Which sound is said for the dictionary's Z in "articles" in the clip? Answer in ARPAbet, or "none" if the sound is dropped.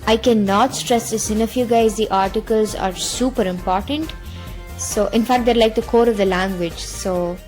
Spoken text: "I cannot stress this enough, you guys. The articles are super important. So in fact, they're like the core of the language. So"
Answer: Z